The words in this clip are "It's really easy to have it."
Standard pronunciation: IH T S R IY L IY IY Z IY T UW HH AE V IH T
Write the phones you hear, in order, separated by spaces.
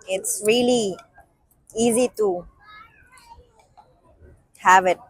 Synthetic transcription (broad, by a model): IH T S R IY L IY IY Z IY T UW HH AE V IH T